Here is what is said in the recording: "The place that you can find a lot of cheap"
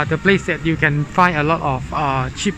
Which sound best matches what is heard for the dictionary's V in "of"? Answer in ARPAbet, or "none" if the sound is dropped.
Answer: F